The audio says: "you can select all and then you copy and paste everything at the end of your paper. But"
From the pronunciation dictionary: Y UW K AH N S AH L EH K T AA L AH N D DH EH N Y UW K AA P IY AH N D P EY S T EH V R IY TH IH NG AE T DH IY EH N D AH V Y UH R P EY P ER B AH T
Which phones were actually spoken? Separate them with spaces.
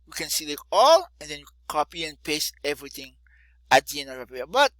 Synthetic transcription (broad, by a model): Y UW K AH N S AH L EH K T AA L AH N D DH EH N Y UW K AA P IY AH N P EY S EH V R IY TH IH NG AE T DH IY EH N D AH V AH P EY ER B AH T